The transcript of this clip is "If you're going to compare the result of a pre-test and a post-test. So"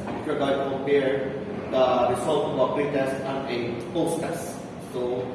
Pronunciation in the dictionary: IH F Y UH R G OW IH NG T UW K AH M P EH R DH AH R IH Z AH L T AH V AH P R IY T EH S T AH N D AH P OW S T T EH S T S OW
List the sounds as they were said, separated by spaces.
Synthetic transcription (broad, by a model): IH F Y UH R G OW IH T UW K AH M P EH R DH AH R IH S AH L T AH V AH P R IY T EH S T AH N AH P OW S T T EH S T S OW